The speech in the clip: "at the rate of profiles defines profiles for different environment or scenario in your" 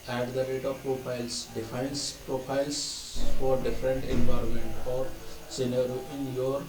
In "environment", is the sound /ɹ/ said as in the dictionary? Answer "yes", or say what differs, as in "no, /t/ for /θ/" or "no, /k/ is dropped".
yes